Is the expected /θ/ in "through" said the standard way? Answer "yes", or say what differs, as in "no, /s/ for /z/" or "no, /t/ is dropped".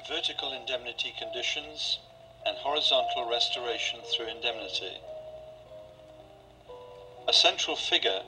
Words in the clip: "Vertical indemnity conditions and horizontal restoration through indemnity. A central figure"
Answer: yes